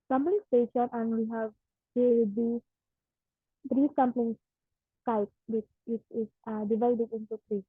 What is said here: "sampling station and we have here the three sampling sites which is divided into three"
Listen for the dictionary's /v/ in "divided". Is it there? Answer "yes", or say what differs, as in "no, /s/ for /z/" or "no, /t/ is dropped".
yes